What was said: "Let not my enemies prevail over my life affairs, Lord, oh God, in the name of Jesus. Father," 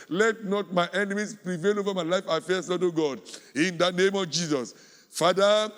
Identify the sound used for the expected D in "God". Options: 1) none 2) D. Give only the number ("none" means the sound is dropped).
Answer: 2